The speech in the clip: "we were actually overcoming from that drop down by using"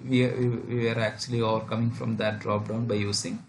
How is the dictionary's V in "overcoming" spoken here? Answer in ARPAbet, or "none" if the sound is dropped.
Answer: V